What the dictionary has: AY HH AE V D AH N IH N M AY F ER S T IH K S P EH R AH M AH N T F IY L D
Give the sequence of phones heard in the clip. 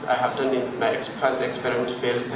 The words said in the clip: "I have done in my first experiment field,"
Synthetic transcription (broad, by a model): AY HH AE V D AH N IH N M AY P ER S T IH K S P EH R AH M AH N T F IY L